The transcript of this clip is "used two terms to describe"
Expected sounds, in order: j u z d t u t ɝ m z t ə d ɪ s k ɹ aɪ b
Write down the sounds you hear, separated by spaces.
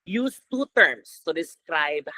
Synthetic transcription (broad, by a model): j u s t u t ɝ m s t ə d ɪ s k ɹ aɪ b